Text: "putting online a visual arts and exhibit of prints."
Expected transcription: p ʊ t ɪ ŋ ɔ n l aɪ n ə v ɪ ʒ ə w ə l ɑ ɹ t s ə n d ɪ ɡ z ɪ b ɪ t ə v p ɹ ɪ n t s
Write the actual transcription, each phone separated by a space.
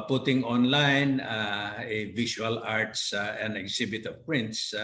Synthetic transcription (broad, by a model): p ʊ t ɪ ŋ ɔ n l aɪ n ə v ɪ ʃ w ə l ɑ ɹ t s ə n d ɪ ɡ s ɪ b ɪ t ə v p ɹ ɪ n t s